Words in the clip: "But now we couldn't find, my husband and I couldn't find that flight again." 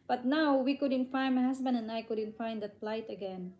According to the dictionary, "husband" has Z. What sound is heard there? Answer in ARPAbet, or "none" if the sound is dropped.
S